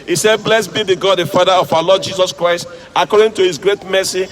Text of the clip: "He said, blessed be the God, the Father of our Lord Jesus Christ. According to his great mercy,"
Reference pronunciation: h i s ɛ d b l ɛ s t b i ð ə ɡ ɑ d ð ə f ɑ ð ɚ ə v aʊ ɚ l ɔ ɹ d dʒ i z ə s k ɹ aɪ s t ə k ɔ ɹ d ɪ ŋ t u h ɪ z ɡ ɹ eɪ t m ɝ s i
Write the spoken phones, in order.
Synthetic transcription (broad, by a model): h i s ɛ d b l ɛ s b i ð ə ɡ ɑ d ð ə f ɑ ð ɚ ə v aʊ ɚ l ɔ d dʒ i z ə s k ɹ aɪ s t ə k ɔ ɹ d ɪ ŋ t u h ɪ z ɡ ɹ eɪ t m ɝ s i